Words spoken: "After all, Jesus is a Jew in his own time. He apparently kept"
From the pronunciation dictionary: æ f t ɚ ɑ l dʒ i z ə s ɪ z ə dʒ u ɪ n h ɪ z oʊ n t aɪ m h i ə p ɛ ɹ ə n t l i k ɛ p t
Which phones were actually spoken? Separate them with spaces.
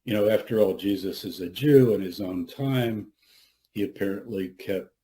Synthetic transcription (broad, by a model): æ f t ɚ ɑ l dʒ i z ə s ɪ z ə dʒ u ɪ n ɪ z oʊ n t aɪ m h i ə p ɛ ɹ ə n t l i k ɛ p t